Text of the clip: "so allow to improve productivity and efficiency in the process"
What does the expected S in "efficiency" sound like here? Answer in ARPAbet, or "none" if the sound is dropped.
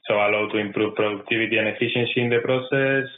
SH